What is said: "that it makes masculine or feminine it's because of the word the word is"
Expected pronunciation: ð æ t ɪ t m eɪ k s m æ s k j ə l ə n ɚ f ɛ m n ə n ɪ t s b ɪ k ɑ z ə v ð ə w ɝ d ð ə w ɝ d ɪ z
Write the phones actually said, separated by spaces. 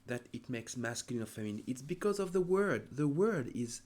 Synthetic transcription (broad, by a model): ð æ t ɪ t m eɪ k s m æ s k j ə l ə n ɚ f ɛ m ə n ɪ t s b ɪ k ɑ z ə v ð ə w ɝ d ð ə w ɝ d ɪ z